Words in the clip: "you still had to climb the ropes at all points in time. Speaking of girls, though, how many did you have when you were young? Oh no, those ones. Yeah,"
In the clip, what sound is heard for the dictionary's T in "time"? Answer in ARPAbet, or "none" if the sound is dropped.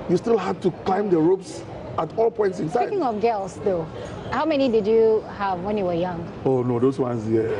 S